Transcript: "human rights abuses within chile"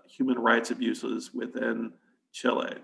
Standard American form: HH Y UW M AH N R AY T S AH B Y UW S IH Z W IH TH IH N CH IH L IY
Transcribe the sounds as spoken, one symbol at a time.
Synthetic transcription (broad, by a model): HH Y UW M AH N R AY T S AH B Y UW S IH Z W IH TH IH N CH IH L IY